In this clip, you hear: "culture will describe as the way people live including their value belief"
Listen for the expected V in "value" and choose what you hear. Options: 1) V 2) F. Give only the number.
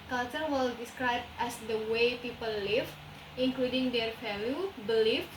2